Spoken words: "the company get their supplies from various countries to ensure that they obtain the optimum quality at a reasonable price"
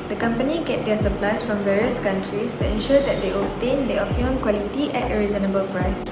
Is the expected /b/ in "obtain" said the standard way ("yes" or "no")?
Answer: no